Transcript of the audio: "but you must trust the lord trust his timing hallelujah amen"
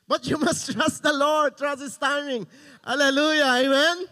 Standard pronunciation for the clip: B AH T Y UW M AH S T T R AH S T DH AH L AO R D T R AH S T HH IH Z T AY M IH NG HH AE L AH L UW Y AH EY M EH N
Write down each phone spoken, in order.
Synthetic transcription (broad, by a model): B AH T Y UW M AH S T T R AH S T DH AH L AO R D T R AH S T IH S T AY M IH NG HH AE L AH L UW Y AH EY M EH N